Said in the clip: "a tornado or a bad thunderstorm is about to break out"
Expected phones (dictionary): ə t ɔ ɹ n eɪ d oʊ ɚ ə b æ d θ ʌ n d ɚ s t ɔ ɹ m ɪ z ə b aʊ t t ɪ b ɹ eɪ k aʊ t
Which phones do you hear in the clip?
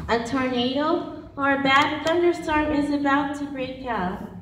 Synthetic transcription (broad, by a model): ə t ɔ ɹ n eɪ d oʊ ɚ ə b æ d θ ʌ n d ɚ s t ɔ ɹ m ɪ z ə b aʊ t t ɪ b ɹ eɪ k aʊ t